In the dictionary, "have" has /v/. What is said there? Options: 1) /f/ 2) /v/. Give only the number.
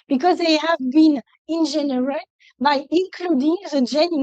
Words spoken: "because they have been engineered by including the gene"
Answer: 2